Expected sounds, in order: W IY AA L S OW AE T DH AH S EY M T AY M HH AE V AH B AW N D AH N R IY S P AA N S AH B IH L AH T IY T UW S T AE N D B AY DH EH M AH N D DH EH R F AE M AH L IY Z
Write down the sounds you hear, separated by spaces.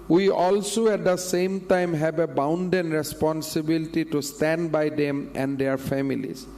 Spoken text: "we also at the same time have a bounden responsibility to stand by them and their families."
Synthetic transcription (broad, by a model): W IY AA L S OW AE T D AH S EY M T AY M HH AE B AH B AW N D AH N R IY S P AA N S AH B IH L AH T IY T UW S T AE N D B AY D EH M AH N D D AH R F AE M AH L IY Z